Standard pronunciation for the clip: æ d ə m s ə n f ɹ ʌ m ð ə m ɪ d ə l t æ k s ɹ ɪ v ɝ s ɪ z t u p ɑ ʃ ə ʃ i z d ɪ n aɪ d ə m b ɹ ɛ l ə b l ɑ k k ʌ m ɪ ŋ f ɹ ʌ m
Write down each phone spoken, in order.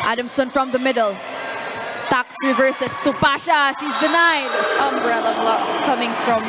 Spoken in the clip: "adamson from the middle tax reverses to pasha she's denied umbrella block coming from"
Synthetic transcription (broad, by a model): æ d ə m s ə n f ɹ ʌ m ð ə m ɪ d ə l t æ k s ɹ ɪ v ɝ s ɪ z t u p ɑ ʃ ə ʃ i z d ɪ n aɪ d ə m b ɹ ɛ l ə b l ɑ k k ʌ m ɪ ŋ f ɹ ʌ m